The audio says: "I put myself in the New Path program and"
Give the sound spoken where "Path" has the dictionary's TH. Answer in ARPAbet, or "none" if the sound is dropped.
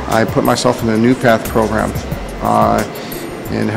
TH